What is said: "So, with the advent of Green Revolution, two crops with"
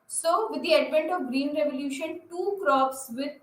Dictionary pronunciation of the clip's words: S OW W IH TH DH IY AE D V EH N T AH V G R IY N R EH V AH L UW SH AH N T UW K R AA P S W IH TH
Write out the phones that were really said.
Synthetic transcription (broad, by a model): S OW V IH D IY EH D P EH N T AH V G R IY N R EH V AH L UW SH AH N T UW K R AA P S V IH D